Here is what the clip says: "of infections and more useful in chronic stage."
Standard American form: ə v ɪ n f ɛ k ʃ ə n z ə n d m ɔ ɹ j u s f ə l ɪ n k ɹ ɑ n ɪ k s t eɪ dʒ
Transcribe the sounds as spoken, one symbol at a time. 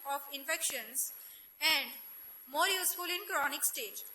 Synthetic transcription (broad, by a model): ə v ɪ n f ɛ k ʃ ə n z ə n d m ɔ ɹ j u s f ə l ɪ n k ɹ ɑ n ɪ k s t eɪ dʒ